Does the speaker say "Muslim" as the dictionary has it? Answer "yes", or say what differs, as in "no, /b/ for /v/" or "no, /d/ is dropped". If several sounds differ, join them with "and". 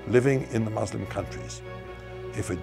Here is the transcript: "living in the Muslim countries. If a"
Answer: yes